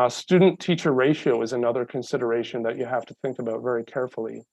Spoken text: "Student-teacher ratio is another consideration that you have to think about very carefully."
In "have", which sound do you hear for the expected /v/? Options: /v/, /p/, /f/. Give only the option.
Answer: /f/